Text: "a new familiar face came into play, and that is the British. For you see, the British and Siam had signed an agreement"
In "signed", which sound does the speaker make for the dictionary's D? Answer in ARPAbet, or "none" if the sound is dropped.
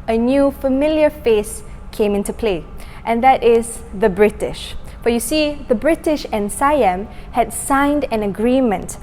D